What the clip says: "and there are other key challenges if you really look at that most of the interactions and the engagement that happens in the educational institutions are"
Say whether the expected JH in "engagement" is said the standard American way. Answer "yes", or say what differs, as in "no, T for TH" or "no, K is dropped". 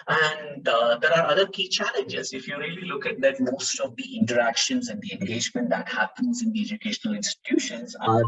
yes